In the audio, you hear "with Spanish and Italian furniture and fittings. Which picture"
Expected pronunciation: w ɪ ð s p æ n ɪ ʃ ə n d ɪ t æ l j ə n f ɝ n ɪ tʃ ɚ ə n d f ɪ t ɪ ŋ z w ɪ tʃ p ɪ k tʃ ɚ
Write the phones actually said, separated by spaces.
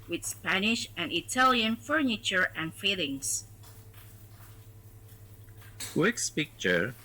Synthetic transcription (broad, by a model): w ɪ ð s p æ n ɪ ʃ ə n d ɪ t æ l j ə n f ɝ n ɪ tʃ ɚ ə n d f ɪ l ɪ ŋ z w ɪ s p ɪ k tʃ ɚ